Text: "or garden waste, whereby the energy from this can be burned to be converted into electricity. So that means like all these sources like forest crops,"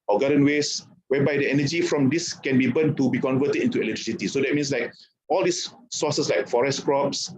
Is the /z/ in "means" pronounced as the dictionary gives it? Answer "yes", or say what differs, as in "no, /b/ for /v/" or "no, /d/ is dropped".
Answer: no, /s/ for /z/